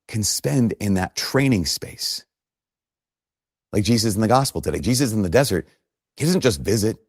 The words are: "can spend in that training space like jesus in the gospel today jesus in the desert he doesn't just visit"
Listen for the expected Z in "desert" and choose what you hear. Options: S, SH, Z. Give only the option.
Z